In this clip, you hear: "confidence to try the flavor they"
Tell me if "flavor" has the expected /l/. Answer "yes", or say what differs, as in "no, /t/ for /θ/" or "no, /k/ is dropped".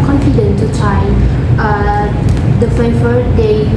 no, /l/ is dropped